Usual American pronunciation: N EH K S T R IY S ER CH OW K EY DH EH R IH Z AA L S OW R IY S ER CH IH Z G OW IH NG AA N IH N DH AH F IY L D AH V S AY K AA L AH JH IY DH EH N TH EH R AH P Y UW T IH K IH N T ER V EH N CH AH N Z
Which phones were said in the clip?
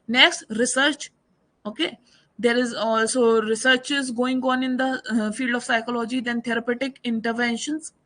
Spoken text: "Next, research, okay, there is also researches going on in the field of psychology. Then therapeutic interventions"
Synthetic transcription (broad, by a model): N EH K S T R IY S ER CH OW K EY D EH R IH Z AA L S OW R IY S ER CH IH Z G OW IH NG AA N IH N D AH F IY L D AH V S AY K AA L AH JH IY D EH N T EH R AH P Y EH T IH K IH N T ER V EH N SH AH N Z